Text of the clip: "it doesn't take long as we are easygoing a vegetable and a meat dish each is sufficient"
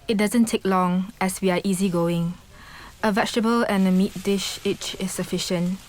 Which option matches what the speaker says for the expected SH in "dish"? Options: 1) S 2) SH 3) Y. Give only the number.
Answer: 2